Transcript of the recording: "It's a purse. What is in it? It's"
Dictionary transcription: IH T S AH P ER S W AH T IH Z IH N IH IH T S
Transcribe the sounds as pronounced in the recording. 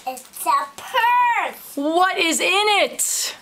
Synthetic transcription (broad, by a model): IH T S AH P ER W AH T IH Z IH N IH IH T